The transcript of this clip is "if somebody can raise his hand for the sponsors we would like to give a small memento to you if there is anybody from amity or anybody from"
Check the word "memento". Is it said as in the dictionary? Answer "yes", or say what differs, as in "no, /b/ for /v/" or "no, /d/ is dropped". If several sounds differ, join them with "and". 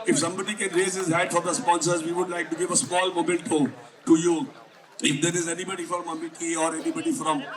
no, /l/ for /n/